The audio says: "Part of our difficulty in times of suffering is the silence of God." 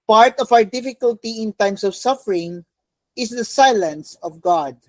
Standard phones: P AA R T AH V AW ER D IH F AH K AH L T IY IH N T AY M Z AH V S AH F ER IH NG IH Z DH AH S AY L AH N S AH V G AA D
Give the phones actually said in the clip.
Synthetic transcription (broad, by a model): P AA R T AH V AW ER D IH F AH K AH L T IY IH N T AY M S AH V S AH F ER IH NG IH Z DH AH S AY L AH N S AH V G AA D